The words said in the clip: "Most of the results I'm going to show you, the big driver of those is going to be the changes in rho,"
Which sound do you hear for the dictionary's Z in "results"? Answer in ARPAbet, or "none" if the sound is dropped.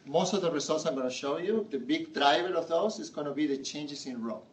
S